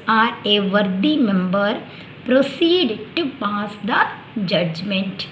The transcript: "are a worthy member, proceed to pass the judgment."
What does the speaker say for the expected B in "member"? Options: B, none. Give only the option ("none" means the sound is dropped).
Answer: B